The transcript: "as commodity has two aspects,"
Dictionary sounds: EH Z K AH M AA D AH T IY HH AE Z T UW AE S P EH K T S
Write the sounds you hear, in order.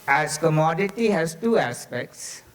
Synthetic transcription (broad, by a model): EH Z K AH M AA D AH T IY HH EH S T UW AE S P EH K T S